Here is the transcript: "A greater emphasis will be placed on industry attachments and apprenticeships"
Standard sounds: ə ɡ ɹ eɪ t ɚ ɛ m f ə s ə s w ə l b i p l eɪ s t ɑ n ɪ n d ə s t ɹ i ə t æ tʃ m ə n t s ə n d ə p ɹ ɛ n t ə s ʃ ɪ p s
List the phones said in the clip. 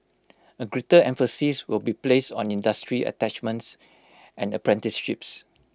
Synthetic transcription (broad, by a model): ə ɡ ɹ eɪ t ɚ ɛ m f ə s ə s w ə l b i p l eɪ s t ɑ n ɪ n d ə s t ɹ i ə t æ tʃ m ə n t s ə n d ə p ɹ ɛ n t ə s ʃ ɪ p s